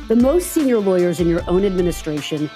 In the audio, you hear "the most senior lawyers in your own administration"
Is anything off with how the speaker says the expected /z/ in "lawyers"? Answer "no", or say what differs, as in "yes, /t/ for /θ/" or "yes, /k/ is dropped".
no